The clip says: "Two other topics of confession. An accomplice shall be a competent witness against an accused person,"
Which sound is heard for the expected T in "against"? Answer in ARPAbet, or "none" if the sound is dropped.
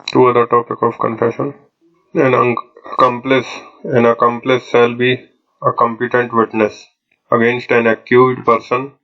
T